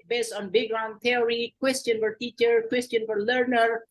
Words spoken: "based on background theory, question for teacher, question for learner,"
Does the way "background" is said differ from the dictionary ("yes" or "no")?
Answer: yes